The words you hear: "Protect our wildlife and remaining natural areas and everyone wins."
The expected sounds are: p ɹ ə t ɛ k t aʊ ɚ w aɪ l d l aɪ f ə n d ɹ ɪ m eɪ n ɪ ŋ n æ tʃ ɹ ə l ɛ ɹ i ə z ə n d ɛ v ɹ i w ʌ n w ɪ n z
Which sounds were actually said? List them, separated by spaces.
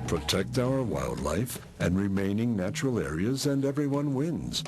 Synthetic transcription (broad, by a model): p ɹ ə t ɛ k t aʊ ɚ w aɪ l d l aɪ f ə n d ɹ ɪ m eɪ n ɪ ŋ n æ tʃ ɹ l ɛ ɹ i ə z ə n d ɛ v ɹ i w ʌ n w ɪ n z